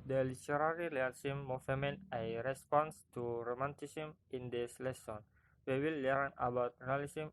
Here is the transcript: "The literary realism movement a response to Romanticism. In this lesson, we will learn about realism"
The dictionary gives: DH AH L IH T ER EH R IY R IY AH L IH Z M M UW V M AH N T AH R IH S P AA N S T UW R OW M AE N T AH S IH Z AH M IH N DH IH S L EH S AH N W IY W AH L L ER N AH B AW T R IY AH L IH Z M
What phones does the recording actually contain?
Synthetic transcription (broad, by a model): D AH L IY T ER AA R IY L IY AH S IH M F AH M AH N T AH R IH S P AA N S T UW R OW M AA N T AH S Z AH M IH N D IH S L EH S AH N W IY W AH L L ER N AH B AW T R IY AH L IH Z M